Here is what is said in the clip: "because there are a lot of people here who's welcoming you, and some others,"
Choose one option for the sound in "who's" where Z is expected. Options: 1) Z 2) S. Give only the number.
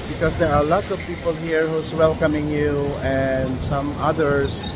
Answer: 2